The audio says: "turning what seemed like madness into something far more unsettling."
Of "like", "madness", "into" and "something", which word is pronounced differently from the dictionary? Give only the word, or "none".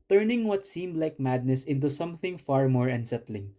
none